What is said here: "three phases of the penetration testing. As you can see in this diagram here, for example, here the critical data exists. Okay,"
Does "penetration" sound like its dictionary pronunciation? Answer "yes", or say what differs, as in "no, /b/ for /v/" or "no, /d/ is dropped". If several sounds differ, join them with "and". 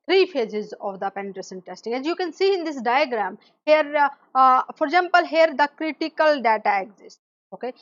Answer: no, /s/ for /ʃ/